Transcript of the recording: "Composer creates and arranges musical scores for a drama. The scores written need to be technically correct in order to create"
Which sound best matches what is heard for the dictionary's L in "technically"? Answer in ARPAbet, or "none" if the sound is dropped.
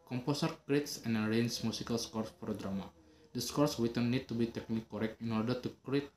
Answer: none